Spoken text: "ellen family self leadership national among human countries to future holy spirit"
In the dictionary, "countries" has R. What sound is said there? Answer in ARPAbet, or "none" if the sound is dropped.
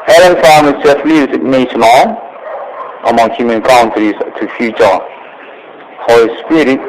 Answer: none